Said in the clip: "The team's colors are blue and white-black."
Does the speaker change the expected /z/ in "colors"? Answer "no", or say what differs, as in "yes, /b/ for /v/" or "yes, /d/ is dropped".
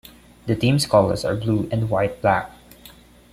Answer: yes, /s/ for /z/